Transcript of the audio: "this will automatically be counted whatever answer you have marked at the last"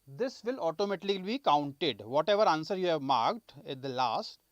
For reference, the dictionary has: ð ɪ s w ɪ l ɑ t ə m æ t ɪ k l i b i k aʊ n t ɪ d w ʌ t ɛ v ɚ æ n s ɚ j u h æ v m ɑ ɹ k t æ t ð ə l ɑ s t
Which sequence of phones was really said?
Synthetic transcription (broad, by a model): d ɪ s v ɪ l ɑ t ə m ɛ t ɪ l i b i k aʊ n t ɪ d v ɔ t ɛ v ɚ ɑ n s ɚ j u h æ v m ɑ ɹ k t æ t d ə l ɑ s t